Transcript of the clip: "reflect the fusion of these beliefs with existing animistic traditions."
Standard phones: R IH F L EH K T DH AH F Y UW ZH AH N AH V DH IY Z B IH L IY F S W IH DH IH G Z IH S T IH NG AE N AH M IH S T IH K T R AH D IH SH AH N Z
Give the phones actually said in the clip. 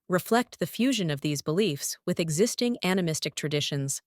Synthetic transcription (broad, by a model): R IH F L EH K T DH AH F Y UW ZH AH N AH V DH IY Z B IH L IY F S W IH DH IH G Z IH S T IH NG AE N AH M IH S T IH K T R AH D IH SH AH N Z